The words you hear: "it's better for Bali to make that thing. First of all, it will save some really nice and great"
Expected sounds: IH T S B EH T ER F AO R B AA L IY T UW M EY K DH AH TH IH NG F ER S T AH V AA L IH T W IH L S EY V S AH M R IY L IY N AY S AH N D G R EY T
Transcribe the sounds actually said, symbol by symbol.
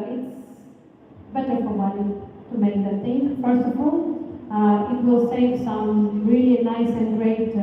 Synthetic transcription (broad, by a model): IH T S B EH T ER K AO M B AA N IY T UW M EY K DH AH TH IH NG F ER S T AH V AA L IH T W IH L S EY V S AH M R IY L IY N AY S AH N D G R EY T